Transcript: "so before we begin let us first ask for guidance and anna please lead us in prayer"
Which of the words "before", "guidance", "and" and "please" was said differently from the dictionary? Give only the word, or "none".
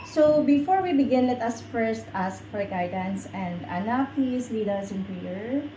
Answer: please